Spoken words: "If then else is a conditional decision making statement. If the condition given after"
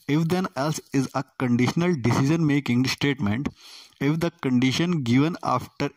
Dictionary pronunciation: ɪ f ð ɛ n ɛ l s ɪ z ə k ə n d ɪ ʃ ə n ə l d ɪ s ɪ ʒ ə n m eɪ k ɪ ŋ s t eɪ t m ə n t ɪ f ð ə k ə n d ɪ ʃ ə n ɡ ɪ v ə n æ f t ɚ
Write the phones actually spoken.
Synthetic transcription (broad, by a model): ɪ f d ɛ n ɛ l s ɪ z ə k ə n d ɪ ʃ ə n ə l d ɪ s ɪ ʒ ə n m eɪ k ɪ ŋ s t eɪ t m ə n t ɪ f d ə k ə n d ɪ ʃ ə n ɡ ɪ v ə n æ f t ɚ